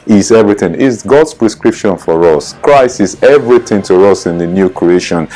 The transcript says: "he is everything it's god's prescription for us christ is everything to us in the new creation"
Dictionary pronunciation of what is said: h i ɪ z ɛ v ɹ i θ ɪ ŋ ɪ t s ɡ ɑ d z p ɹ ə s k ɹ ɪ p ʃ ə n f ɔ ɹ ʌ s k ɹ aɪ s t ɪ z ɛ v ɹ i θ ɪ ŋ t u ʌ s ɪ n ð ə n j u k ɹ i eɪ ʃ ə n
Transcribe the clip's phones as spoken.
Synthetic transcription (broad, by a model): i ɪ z ɛ v ɹ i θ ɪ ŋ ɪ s ɡ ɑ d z p ɹ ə s k ɹ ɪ p ʃ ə n f ɔ ɹ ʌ s k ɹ aɪ s ɪ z ɛ v ɹ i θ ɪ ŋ t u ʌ s ɪ n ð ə n j u k ɹ i eɪ ʃ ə n